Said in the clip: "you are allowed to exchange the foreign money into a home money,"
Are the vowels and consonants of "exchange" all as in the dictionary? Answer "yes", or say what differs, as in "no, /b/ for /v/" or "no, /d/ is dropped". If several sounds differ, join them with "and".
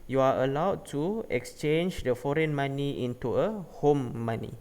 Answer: yes